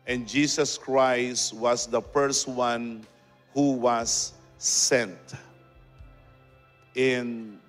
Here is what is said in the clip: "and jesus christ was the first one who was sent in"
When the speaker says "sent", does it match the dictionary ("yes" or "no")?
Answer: yes